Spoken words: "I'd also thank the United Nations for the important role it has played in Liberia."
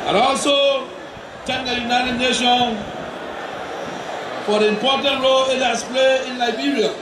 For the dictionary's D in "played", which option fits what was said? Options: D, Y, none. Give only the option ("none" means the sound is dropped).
none